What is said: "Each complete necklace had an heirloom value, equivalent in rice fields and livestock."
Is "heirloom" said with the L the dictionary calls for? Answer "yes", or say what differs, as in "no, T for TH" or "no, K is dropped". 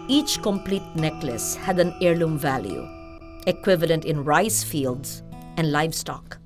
yes